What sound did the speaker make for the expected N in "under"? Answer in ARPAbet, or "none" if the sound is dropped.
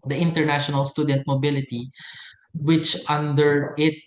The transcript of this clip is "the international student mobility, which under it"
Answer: N